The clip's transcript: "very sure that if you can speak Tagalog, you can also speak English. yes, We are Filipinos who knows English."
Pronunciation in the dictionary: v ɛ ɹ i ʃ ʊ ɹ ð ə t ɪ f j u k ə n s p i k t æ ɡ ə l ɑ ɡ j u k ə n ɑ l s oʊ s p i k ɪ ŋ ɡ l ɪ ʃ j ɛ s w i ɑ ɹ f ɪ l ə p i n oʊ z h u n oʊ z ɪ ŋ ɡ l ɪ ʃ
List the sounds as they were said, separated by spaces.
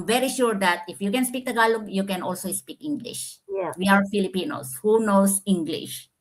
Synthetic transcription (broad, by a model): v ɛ ɹ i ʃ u ɹ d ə t ɪ f j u k ə n s p i k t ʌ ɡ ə l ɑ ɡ j u k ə n ɑ l s oʊ s p i k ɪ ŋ ɡ l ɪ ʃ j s w i ɑ ɹ f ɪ l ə p i n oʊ s h u n oʊ s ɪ ŋ ɡ l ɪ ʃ